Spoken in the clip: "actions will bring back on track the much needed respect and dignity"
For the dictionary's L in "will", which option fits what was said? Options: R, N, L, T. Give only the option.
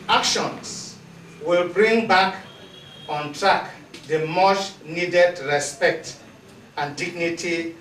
L